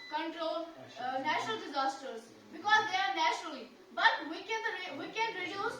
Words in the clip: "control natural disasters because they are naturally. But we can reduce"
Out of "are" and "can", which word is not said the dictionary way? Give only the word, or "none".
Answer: none